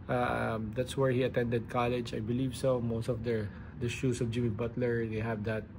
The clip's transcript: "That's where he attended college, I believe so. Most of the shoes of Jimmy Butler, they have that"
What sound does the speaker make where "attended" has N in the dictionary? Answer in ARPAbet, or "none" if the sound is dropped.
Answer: N